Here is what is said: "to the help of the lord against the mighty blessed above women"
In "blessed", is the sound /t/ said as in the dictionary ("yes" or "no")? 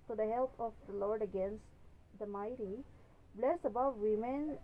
no